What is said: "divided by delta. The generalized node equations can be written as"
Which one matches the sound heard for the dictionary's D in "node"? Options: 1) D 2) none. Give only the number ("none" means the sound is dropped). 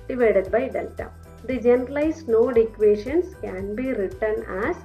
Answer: 1